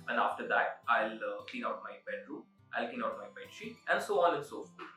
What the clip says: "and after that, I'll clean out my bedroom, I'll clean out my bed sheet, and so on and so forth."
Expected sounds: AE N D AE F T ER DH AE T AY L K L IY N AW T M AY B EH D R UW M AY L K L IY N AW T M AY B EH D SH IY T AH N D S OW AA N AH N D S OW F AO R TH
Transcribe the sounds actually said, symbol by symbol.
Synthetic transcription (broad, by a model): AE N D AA F T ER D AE T AY L K L IY N AW T M AY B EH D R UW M AY L K L IY N AW T M AY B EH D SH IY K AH N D S OW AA L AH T S OW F